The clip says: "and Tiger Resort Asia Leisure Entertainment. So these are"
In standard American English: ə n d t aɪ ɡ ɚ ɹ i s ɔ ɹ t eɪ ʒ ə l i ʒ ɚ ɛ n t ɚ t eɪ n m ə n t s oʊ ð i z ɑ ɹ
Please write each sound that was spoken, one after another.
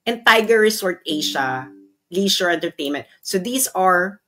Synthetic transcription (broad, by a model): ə n t aɪ ɡ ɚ ɹ i s ɔ ɹ t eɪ ʃ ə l i ʃ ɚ ɛ n t ɚ t eɪ n m ə n t s oʊ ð i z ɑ ɹ